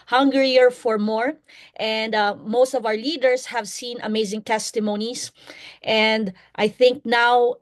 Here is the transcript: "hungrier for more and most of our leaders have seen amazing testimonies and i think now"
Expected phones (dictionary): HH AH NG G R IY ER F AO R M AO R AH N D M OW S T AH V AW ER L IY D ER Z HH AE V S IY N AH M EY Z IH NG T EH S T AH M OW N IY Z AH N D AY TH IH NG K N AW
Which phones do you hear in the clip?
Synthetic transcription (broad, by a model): HH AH NG G R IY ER F AO R M AO R AH N D M OW S T AH V AW ER L IY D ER S HH AE V S IY N AH M EY Z IH NG T EH S T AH M OW N IY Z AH N D AY TH IH NG K N AW